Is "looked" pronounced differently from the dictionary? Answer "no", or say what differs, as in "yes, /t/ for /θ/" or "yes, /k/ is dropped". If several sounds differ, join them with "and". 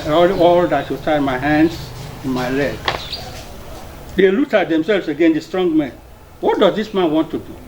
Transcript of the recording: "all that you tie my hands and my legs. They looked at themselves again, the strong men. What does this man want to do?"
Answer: yes, /k/ is dropped